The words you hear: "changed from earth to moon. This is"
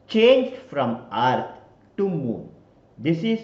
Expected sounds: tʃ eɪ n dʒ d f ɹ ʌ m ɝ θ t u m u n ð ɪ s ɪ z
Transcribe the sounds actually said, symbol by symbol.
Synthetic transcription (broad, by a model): tʃ eɪ n dʒ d f ɹ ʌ m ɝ t t u m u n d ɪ s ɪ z